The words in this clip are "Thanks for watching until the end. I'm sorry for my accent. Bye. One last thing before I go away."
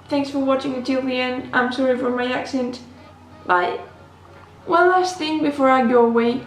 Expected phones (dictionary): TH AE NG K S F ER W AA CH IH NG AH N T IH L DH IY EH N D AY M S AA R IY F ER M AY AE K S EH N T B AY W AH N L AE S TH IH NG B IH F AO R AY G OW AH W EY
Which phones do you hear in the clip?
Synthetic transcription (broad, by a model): TH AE NG K S F ER W AA CH IH NG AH T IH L DH IY EH N D AY M S AA R IY F ER M AY AE K S EH N T B AY W AH N L AE S TH IH NG B IH F AO R AY G OW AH W EY